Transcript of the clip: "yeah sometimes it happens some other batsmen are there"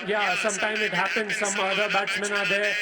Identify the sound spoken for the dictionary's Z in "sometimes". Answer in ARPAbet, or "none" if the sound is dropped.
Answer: none